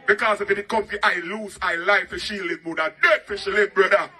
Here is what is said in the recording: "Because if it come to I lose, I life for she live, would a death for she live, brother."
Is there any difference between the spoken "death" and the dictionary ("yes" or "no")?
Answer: yes